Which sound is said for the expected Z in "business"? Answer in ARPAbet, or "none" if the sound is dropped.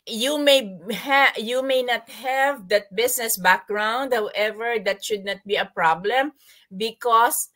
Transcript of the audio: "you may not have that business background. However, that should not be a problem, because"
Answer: S